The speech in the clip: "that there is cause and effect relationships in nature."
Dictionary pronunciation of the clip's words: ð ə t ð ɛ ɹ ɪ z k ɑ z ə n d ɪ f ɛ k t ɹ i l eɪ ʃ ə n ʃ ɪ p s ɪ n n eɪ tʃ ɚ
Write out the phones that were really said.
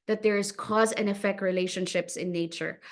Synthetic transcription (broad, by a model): ð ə t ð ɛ ɹ ɪ z k ɑ z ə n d ɪ f ɛ k t ɹ i l eɪ ʃ ə n ʃ ɪ p s ɪ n n eɪ tʃ ɚ